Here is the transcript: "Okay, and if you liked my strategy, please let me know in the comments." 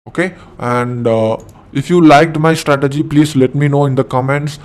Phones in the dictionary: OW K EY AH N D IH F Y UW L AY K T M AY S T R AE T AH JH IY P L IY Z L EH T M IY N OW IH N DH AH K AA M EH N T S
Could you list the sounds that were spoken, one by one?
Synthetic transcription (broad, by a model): OW K EY AH N D IH F Y UW L AY K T M AY S T R AE T AH JH IY P L IY Z L EH T M IY N OW IH N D AH K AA M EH N T S